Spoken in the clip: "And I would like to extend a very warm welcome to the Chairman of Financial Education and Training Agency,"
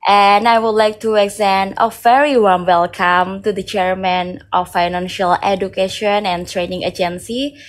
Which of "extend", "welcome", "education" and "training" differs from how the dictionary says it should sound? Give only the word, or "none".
extend